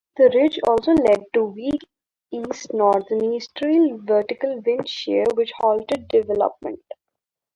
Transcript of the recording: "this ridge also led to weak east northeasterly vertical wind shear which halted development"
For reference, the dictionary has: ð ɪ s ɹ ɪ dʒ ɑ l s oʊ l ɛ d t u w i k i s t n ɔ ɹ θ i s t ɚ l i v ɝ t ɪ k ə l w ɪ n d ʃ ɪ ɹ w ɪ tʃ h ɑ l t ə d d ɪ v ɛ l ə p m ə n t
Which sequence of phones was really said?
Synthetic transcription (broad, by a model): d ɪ ɹ ɪ dʒ ɑ l s oʊ l ɛ d t u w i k i s t n ɔ ɹ t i s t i l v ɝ t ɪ k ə l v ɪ n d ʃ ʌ ɹ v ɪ tʃ h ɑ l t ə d d ɪ v ɛ l ə p m ə n t